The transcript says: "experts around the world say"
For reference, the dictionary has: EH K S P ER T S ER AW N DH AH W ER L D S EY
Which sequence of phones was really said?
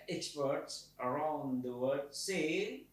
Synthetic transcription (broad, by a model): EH K S P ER T S ER AW N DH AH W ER D S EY